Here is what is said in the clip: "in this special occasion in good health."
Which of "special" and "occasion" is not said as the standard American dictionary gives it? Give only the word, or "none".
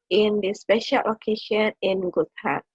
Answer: occasion